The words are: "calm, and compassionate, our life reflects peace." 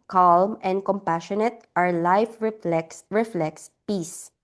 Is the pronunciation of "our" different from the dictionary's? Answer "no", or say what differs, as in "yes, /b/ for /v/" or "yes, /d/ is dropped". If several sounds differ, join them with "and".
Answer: no